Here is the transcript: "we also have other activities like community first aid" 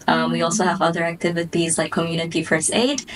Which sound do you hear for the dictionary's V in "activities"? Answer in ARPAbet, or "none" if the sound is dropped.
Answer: V